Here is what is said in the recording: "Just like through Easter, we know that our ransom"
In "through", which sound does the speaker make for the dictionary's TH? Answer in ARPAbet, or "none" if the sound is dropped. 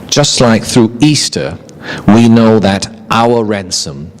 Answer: TH